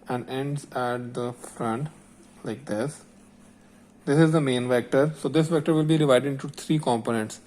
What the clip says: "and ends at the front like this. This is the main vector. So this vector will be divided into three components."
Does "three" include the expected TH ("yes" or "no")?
no